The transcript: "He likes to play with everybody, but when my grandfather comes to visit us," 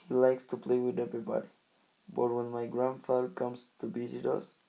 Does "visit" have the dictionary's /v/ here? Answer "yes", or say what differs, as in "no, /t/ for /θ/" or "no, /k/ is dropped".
no, /b/ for /v/